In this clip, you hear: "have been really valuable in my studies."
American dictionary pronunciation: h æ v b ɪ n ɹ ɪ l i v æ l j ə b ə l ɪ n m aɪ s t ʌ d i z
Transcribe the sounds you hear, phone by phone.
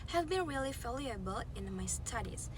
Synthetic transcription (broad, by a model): h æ v b ɪ n ɹ ɪ l i f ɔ l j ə b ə l ɪ n m aɪ s t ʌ d i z